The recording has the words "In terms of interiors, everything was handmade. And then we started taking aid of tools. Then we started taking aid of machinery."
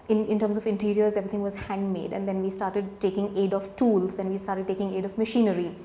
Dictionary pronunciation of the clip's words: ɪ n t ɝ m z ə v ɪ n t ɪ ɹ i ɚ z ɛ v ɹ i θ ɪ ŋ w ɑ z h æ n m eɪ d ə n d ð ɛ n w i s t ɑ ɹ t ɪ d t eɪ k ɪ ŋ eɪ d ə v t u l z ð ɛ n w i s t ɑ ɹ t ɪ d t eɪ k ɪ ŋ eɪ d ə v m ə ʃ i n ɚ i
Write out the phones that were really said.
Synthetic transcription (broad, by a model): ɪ n t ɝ m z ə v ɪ n t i ɹ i ɚ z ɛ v ɹ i t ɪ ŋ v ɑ z h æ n m eɪ d ə n d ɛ n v i s t ɑ ɹ t ɪ d t eɪ k ɪ ŋ eɪ d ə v t u l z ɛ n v i s t ɑ ɹ t ɪ d t eɪ k ɪ ŋ eɪ d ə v m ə ʃ i n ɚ i